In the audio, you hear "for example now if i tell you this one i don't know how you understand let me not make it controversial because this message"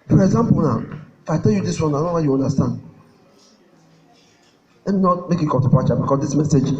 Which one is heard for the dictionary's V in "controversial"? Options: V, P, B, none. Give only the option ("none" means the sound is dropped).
P